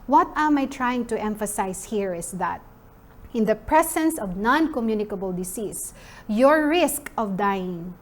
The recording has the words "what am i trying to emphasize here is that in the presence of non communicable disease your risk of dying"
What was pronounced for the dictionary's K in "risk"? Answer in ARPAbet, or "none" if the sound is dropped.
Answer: K